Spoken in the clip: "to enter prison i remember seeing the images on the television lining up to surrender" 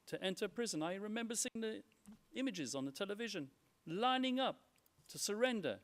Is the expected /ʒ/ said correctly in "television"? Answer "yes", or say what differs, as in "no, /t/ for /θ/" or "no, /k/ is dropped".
yes